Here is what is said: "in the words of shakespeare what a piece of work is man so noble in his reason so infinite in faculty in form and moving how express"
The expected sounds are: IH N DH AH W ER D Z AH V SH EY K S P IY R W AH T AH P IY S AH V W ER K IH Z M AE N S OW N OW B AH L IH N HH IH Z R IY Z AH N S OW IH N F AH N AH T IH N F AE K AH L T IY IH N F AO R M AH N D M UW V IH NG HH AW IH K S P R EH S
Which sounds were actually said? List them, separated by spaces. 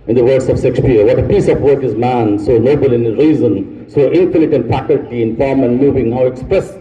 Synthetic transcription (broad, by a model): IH N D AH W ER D S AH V S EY K S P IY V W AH T AH P IY S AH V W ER K IH Z M AE N S OW N OW B AH L IH N R IY Z AH N S OW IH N F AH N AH T IH N F AE K AH L T IY IH N F AO R M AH N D M UW V IH NG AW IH K S P R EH S